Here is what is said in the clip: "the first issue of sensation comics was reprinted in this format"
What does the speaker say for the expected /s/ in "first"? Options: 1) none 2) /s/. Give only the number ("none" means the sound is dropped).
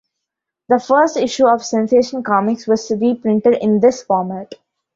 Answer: 2